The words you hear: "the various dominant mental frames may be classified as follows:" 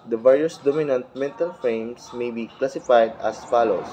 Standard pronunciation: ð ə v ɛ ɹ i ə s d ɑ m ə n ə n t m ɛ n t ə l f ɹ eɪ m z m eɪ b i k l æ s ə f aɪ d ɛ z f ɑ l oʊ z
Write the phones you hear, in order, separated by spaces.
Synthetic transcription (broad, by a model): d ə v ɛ ɹ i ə s d ɑ m ə n ə n t m ɛ n t ə l f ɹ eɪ m s m eɪ b i k l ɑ s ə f aɪ d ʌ s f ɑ l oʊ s